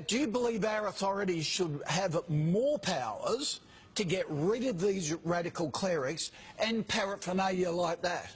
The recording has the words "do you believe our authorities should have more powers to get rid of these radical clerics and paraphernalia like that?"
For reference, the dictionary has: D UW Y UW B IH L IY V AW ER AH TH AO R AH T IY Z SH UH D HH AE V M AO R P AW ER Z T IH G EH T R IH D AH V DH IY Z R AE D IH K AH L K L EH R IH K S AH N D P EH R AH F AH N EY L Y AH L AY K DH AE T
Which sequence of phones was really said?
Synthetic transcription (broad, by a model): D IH Y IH B IH L IY V AW ER AH TH AO R AH T IY Z SH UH D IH V M AO R P AW ER Z T IH G EH T R IH D AH V DH IY Z R AE D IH K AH L K L EH R IH K S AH N P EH R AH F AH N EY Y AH L AY K DH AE T